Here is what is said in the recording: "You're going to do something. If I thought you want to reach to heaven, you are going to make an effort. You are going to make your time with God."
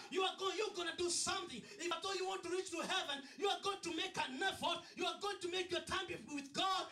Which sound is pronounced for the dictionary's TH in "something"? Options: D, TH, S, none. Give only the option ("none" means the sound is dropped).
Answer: TH